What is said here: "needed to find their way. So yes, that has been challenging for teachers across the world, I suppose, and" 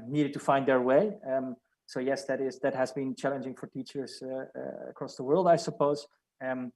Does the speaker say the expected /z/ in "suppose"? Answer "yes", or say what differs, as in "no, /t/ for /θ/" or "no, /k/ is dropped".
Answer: no, /z/ is dropped